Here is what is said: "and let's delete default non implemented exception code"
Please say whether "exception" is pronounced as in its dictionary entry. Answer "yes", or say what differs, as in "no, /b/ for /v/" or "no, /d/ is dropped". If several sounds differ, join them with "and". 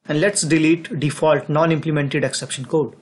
yes